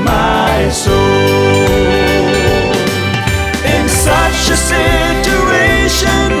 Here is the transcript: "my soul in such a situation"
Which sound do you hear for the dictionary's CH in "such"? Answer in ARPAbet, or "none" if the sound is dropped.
SH